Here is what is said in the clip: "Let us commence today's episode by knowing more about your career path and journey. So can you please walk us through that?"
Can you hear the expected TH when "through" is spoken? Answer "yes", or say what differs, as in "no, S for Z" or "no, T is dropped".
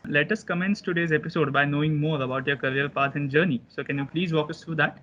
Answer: no, T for TH